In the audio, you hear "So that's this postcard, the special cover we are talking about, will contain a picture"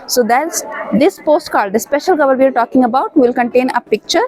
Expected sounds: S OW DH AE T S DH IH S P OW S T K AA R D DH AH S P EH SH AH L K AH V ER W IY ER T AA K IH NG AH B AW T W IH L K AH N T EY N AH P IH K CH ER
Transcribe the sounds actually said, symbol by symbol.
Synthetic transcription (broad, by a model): S OW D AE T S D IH S P OW S T K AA L D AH S P EH SH AH L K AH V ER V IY ER T AA K IH NG AH B AW T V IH L K AH N T EY N AH P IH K CH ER